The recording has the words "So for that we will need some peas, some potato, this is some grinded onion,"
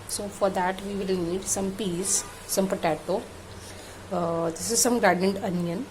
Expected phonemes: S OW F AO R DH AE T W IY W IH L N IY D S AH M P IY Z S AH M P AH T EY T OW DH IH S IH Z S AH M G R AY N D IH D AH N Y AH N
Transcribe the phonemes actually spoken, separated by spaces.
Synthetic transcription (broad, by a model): S OW F AO R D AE T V IY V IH L N IY D S AH M P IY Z S AH M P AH T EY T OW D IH S IH Z S AH M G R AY D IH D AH N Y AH N